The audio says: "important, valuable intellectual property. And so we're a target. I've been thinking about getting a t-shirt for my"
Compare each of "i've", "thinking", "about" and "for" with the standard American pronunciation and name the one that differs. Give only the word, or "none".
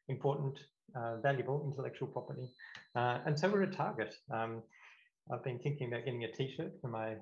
none